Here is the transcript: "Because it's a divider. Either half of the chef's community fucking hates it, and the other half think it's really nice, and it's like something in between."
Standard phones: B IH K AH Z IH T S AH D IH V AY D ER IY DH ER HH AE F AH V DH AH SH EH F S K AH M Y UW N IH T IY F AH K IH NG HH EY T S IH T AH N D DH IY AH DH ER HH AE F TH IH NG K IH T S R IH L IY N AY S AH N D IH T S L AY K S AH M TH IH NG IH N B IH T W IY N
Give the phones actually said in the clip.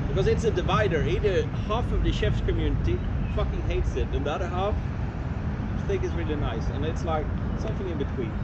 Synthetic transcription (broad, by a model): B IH K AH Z IH T S AH D IH V AY D ER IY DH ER HH AE F AH V DH AH SH EH F S K AH M Y UW N IH T IY F AH K IH NG HH EY T S IH T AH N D DH IY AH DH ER HH AE F TH IH NG K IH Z R IH L IY N AY S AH N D IH T S L AY K S AH M TH IH NG IH N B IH T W IY N